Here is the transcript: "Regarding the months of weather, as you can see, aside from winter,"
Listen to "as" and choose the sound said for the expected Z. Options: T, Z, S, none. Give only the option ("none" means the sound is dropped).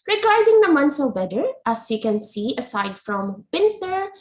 S